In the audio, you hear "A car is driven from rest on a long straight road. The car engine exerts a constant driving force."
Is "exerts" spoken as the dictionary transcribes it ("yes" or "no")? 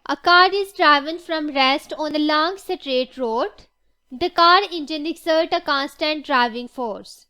no